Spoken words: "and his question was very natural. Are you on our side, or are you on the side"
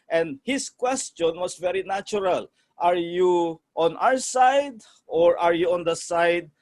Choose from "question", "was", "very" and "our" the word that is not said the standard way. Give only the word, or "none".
was